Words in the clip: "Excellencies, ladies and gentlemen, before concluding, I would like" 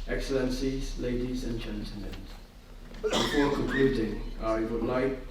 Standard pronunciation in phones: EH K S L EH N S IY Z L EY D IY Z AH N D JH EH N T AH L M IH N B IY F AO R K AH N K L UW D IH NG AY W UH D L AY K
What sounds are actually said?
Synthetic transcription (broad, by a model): EH K S L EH N S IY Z L EY D IY Z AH N JH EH N T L M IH N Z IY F AO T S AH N K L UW D IH NG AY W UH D L AY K